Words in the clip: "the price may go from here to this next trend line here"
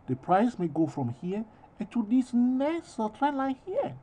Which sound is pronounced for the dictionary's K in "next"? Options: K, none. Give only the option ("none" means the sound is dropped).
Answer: none